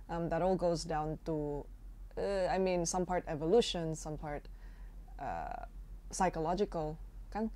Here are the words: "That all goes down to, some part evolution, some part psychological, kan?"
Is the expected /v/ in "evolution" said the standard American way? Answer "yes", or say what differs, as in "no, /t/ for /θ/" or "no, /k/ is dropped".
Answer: yes